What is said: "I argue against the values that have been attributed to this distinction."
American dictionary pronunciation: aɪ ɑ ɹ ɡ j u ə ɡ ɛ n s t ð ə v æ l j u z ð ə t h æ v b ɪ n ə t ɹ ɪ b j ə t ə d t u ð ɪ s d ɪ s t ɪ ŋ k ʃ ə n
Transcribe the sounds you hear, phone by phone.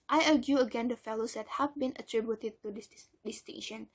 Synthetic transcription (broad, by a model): aɪ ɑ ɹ ɡ j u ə ɡ ɛ n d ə f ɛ l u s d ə t h æ v b ɪ n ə t ɹ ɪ b j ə t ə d t u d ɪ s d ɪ s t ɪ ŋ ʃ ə n